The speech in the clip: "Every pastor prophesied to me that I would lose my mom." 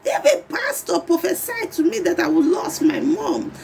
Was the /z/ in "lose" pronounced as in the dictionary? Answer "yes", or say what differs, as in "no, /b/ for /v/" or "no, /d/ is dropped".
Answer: no, /s/ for /z/